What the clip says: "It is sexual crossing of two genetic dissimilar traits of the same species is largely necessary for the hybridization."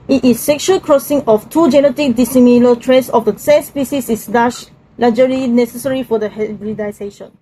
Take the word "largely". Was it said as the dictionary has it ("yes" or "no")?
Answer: no